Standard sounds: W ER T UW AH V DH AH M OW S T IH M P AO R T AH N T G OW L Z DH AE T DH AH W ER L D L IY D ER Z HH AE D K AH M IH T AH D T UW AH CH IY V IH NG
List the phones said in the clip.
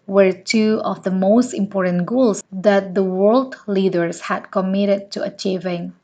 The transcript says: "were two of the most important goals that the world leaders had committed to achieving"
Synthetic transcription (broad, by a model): W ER T UW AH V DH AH M OW S T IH M P AO R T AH N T G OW L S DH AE T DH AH W ER L D L IY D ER S HH AE D K AH M IH T AH D T UW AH CH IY V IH NG